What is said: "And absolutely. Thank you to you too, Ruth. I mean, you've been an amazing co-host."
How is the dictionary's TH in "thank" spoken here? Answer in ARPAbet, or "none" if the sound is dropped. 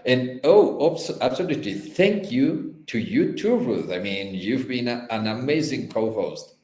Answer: TH